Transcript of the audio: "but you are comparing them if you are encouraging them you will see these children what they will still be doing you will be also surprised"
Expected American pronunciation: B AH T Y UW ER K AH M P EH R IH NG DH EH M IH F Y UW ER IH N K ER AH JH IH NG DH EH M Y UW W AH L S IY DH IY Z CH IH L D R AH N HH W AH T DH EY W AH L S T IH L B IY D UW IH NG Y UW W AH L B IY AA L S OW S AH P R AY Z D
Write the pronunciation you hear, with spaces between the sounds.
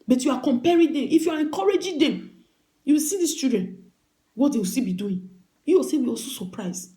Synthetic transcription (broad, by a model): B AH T Y UW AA K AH M P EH R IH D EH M IH F Y UW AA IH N K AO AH JH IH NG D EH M Y UW W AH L S IY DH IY S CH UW D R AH N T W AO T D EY W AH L S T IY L B IY D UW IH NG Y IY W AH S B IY AA L S OW S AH P R AY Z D